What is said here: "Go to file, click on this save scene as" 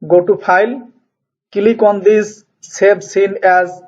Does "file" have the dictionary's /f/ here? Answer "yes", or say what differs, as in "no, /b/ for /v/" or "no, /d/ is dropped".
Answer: no, /p/ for /f/